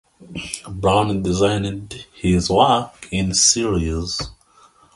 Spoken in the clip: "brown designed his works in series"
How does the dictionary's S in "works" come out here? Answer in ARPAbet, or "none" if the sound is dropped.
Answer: none